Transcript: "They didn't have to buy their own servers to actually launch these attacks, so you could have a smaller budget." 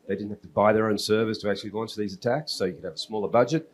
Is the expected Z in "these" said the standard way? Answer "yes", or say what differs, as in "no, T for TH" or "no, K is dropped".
yes